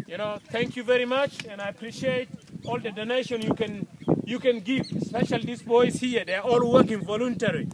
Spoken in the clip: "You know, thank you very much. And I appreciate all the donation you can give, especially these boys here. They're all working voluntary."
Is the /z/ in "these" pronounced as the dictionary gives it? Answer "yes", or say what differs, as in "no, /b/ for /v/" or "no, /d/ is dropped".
no, /s/ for /z/